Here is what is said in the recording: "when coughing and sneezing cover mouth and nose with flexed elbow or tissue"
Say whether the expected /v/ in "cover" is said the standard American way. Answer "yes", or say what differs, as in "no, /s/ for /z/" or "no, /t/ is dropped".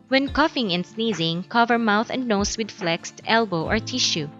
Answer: yes